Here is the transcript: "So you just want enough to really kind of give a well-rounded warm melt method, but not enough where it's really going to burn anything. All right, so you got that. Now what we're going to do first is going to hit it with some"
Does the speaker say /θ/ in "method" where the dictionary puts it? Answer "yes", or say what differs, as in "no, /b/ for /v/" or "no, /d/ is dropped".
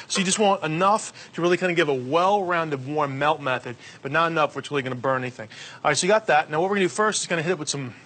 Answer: yes